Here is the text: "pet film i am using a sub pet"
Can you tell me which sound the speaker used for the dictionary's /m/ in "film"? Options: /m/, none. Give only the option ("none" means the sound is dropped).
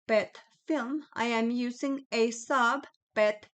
/m/